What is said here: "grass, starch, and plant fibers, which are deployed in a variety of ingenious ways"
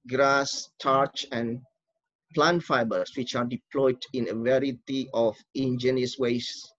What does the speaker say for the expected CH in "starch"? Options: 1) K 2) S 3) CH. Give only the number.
3